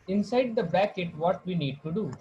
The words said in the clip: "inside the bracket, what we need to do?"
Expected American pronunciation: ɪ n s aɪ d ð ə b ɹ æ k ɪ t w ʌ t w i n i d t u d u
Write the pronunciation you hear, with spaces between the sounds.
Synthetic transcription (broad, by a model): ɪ n s aɪ d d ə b æ k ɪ t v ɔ t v i n i d t u d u